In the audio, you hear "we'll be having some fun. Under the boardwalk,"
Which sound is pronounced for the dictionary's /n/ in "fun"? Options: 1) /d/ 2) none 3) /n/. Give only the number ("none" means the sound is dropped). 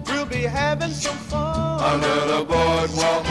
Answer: 2